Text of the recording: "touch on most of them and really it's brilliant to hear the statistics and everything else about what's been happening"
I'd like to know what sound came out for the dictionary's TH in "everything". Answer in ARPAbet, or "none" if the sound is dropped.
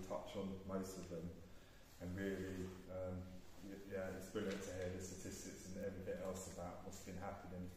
TH